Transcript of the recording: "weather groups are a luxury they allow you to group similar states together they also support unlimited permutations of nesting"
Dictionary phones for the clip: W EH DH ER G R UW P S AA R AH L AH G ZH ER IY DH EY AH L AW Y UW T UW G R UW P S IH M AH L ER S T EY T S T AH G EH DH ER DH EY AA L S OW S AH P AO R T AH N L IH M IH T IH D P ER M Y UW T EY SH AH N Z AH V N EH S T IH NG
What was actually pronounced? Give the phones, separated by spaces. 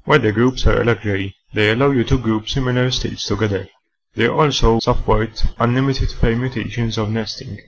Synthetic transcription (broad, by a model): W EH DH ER G R UW P S AA R AH L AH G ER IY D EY AH L AW Y UW T UW G R UW P S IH M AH L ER S T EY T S T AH G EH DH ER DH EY AA L S OW S AH P AO R T AH N L IH M IH T IH D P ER M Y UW T EY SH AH N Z AH V N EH S T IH NG